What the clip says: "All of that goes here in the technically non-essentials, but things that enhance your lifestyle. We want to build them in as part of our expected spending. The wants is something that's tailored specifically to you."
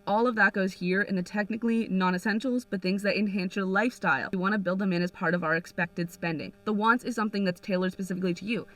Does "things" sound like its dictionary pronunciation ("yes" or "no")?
yes